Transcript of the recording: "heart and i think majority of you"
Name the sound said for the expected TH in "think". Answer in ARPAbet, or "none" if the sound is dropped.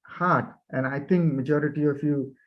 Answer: T